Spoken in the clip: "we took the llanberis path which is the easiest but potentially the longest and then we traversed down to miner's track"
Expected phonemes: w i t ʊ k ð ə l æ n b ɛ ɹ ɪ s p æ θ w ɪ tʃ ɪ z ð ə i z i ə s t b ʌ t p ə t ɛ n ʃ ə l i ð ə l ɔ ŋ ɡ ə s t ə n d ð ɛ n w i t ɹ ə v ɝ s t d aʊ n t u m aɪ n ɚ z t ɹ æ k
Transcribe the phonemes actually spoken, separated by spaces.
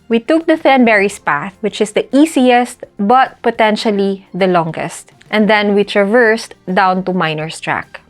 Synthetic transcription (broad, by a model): w i t ʊ k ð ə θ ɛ n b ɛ ɹ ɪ s p æ θ w ɪ tʃ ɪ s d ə i s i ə s t b ʌ t p ə t ɛ n ʃ ə l i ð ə l ɔ ŋ ɡ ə s t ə n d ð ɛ n w i t ɹ ə v ɝ s t d aʊ n t u m aɪ n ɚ s t ɹ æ k